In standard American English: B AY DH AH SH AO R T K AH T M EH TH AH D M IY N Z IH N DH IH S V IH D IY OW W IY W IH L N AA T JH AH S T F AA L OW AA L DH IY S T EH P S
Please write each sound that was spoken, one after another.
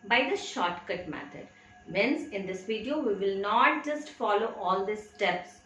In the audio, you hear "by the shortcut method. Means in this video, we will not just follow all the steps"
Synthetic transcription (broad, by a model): B AY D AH SH AO R T K AH T M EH T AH D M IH N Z IH N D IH S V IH D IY OW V IY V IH L N AA T JH AH S T F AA L OW AA L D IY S T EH P S